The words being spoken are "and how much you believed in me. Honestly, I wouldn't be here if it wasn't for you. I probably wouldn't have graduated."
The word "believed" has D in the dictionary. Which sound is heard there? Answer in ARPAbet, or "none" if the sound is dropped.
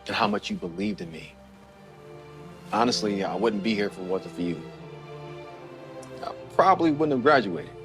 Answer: D